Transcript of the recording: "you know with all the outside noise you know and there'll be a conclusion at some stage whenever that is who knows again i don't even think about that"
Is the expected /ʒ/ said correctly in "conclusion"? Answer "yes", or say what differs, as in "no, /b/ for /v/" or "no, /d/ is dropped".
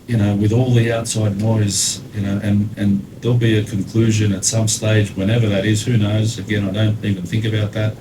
yes